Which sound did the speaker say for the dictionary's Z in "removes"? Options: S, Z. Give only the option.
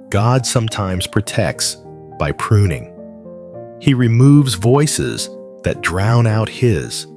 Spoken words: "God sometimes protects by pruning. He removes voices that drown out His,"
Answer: Z